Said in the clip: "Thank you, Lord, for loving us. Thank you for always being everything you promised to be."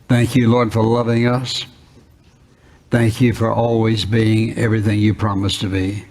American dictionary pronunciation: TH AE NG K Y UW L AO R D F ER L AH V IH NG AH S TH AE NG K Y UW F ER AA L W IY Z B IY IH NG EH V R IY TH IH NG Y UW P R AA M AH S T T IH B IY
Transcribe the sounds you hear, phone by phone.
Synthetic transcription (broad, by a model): TH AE NG K Y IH L AO R D F ER L AH V IH NG AH S TH AE NG K Y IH F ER AA L W IY Z B IY IH NG EH V R IY TH IH NG Y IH P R AA M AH S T T IH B IY